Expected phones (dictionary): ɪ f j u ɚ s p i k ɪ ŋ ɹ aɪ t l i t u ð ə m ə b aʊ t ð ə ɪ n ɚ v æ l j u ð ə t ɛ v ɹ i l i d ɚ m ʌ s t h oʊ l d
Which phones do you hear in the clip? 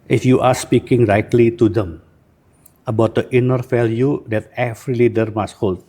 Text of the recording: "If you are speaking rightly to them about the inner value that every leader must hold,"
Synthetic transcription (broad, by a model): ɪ f j u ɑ s p i k ɪ ŋ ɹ aɪ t l i t u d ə m ə b aʊ t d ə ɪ n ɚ f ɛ l j u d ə t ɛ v ɹ i l i d ɚ m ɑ s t h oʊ l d